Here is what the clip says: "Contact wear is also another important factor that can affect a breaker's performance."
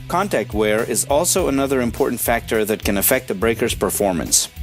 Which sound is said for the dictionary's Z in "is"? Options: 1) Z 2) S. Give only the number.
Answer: 1